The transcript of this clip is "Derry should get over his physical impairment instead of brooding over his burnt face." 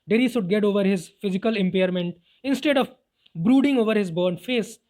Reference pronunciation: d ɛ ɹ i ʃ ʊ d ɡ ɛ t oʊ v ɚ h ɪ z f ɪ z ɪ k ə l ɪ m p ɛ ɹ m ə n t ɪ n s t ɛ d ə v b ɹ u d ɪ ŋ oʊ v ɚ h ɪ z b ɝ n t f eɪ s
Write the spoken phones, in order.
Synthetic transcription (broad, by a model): d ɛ ɹ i s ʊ d ɡ ɛ t oʊ v ɚ h ɪ z f ɪ z ɪ k ə l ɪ m p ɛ ɹ m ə n t ɪ n s t ɛ d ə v b ɹ u d ɪ ŋ oʊ v ɚ h ɪ z b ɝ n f eɪ s